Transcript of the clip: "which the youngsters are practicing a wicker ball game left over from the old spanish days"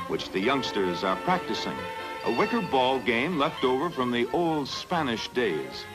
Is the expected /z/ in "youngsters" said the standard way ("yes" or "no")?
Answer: yes